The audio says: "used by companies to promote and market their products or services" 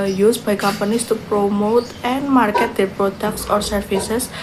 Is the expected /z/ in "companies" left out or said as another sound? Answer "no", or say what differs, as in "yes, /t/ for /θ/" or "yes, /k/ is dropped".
yes, /s/ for /z/